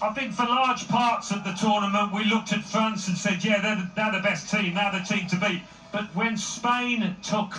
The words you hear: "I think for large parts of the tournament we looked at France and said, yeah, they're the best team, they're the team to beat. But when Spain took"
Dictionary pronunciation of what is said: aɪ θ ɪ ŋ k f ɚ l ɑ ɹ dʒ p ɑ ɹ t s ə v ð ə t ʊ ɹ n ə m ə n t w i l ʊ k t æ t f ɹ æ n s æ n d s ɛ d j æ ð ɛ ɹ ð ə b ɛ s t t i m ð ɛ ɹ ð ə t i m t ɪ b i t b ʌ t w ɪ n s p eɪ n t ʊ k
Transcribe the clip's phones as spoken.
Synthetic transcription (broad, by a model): aɪ θ ɪ ŋ k f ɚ l ɑ ɹ dʒ p ɑ ɹ t s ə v ð ə t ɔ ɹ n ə m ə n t w i l ʊ k t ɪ t f ɹ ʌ n s n s ɛ d j æ ð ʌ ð ð ə b ɛ s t t i m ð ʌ ð ə t i m t ɪ b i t b ʌ t w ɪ n s p eɪ n t ʊ k